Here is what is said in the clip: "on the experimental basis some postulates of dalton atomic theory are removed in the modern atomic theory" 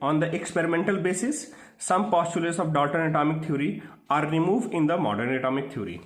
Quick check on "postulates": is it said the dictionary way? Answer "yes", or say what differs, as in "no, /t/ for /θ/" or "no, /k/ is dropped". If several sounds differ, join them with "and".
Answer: yes